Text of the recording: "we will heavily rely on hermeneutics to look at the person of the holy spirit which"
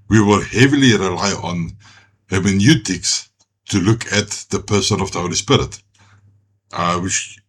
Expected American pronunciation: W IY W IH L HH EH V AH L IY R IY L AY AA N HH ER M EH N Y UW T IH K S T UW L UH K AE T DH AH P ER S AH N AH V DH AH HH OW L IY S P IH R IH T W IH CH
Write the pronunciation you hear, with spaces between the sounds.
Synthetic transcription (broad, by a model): W IY W IH L HH EH V AH L IY R IY L AY AA N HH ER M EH N Y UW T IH K S T UW L UH K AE T DH AH P ER S AH N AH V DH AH HH OW L IY S P IH R IH T W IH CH